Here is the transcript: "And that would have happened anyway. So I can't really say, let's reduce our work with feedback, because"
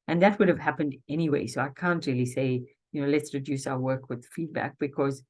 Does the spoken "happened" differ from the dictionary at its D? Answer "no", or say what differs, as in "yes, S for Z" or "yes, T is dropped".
no